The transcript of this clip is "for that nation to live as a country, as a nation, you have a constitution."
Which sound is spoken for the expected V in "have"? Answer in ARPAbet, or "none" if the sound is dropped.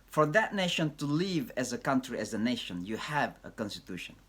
V